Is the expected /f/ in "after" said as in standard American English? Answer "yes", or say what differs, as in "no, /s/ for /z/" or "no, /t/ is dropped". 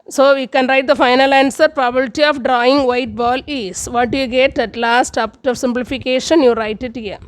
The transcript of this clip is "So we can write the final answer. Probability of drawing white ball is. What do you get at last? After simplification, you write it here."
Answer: no, /p/ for /f/